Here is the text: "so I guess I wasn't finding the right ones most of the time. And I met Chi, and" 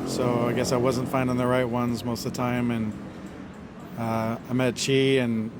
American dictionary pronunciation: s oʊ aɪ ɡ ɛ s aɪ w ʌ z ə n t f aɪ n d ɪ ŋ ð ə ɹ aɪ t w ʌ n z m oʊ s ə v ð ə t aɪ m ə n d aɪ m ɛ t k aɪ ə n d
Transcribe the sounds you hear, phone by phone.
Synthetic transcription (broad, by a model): s oʊ aɪ ɡ ɛ s aɪ w ʌ z ə n t f aɪ n d ɪ ŋ ð ə ɹ aɪ t w ʌ n z m oʊ s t ð ə t aɪ m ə n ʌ aɪ m ɛ t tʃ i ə n